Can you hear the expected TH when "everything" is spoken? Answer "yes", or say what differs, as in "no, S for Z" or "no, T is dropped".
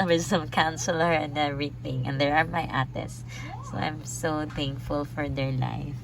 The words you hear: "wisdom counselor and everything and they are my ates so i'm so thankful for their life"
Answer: no, T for TH